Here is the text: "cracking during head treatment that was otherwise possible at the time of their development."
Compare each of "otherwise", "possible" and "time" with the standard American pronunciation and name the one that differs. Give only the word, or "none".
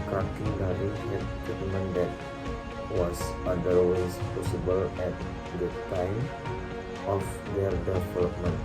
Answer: otherwise